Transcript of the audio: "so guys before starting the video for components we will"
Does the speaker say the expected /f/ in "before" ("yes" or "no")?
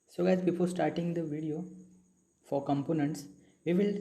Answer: no